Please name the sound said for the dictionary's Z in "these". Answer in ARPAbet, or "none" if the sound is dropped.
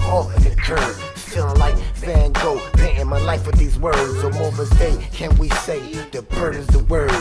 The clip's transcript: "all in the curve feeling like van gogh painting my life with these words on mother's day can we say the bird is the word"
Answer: Z